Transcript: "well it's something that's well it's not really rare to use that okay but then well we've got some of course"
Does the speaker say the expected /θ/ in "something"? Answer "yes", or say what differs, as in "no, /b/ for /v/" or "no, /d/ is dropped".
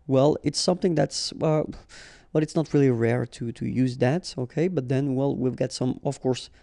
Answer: yes